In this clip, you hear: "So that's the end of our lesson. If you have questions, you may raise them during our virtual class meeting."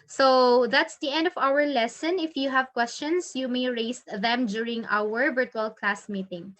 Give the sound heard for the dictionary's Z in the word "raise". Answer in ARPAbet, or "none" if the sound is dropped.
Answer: S